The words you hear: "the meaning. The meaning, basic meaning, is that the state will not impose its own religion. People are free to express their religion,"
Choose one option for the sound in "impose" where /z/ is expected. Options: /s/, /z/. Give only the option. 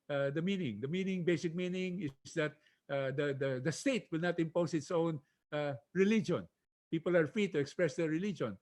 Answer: /s/